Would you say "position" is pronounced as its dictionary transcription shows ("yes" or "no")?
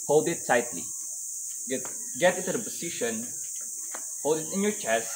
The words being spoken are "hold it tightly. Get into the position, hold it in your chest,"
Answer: no